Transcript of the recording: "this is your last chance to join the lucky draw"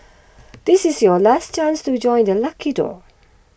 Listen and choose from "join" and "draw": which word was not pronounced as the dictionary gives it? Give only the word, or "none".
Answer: draw